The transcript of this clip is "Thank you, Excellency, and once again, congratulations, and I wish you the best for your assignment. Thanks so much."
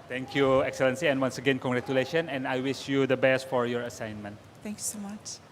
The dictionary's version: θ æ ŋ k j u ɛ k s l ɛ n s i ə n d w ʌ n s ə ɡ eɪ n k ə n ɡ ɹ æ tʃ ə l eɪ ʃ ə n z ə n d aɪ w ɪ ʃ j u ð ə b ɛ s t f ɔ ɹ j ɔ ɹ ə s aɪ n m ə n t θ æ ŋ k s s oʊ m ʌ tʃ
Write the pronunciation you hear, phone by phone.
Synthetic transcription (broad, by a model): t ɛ ŋ k j u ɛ k s l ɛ n s i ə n w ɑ n s ə ɡ eɪ n k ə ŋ ɡ ɹ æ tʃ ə l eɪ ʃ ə n ə n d aɪ w ɪ ʃ j u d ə b ɛ s t f ɔ ɹ j ɔ ɹ ə s aɪ n m ə n t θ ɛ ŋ k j s oʊ m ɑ tʃ